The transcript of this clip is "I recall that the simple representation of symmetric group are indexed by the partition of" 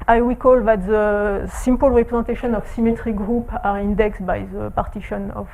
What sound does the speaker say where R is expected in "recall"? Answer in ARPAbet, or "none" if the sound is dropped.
W